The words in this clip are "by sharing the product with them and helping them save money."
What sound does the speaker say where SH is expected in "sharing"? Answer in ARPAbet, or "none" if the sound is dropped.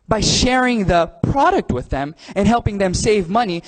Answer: SH